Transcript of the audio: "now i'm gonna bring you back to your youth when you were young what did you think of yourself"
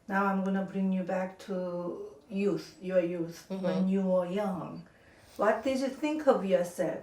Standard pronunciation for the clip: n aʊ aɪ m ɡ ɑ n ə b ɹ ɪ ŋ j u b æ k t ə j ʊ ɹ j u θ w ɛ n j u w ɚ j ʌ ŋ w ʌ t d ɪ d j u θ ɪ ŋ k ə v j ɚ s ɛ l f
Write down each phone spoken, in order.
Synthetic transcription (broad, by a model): n aʊ aɪ m ɡ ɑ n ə b ɹ ɪ ŋ j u b æ k t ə j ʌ ɹ j u θ w ɛ n j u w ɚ j ʌ ŋ w ʌ t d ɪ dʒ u θ ɪ ŋ k ə v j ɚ s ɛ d